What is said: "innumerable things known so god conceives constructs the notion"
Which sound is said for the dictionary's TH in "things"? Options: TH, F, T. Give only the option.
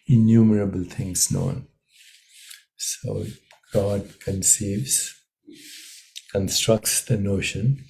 T